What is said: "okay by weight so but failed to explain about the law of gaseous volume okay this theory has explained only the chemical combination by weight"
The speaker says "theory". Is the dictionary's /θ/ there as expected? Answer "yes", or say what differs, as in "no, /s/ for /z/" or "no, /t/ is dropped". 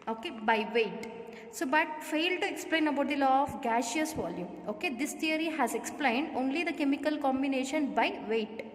no, /t/ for /θ/